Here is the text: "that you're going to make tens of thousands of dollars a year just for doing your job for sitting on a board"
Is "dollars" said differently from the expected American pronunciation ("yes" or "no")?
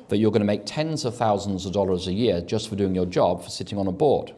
no